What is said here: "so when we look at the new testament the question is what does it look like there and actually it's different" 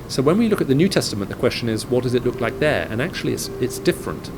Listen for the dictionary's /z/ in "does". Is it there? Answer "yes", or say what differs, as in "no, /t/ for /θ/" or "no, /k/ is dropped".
yes